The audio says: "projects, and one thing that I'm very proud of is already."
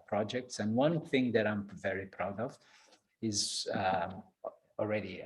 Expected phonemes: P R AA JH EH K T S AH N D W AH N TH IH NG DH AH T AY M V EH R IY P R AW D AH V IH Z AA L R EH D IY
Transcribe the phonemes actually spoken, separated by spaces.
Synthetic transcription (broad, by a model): P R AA JH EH K T S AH N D W AH N TH IH NG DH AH T AY M V EH R IY P R AW D AH V IH Z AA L R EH D IY